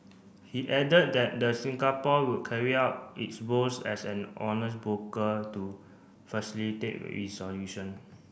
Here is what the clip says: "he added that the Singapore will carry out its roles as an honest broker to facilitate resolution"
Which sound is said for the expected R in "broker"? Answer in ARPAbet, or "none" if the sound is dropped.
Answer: none